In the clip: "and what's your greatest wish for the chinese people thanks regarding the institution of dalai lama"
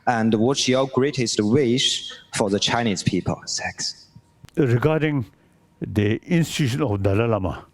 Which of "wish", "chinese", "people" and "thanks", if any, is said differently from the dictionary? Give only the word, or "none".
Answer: thanks